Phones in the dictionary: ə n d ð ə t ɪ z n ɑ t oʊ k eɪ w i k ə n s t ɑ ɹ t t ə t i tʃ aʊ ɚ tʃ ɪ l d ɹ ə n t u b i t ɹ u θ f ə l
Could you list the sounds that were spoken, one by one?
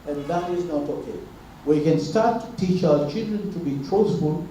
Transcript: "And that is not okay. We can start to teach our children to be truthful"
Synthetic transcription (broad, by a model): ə n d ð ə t ɪ z n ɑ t oʊ k eɪ w i k ə n s t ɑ ɹ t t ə t i tʃ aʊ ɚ tʃ ɪ l d ɹ ə n t u b i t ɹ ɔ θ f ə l